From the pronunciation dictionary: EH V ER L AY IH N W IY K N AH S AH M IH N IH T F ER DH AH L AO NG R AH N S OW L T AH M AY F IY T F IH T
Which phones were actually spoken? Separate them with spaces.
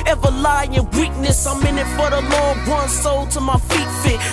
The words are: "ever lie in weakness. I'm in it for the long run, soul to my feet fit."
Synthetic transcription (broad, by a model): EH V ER L AY IH N W IY K N AH S AH M IH N IH T F ER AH L AO NG W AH N S OW L T AH M AY F IY T F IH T